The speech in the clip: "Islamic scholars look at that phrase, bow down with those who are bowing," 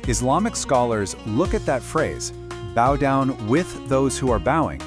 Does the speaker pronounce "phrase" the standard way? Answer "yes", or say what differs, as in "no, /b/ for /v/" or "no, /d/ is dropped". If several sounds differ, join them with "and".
yes